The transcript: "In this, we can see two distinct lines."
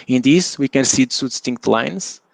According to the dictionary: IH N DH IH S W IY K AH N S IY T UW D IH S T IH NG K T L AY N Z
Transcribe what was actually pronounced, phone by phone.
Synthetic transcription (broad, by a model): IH N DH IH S W IY K AH N S IY S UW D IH S T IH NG K T L AY N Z